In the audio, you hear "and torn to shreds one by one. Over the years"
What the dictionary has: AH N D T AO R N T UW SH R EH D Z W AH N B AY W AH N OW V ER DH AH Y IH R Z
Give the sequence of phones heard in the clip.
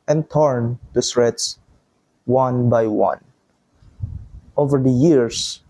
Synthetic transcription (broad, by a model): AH N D T AO R N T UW S R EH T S W AH N B AY W AH N OW V ER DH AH Y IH R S